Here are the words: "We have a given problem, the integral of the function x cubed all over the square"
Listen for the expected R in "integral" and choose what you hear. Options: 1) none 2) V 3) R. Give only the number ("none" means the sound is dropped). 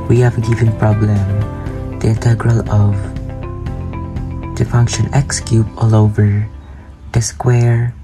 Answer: 3